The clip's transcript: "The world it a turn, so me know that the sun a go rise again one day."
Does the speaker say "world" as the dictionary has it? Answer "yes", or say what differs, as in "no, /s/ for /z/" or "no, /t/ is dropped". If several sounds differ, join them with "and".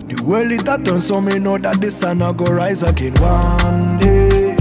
no, /d/ is dropped